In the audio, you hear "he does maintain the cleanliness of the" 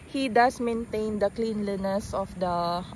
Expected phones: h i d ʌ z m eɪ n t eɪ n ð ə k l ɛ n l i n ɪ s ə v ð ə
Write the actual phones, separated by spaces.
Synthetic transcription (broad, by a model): h i d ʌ s m eɪ n t eɪ n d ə k l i n l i n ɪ s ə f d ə